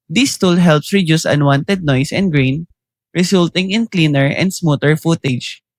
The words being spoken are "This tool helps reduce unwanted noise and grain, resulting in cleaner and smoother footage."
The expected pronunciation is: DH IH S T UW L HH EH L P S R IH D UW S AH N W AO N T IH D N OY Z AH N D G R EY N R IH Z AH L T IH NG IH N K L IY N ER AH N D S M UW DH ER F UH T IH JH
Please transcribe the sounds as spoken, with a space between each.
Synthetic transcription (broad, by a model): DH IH S T UW L HH EH L P S R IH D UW S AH N W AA N T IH D N OY S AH N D G R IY N R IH S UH L T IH NG IH N K L IY N ER AH N D S M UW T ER F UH T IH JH